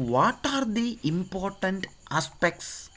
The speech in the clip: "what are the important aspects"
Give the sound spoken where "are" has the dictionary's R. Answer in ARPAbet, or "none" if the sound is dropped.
R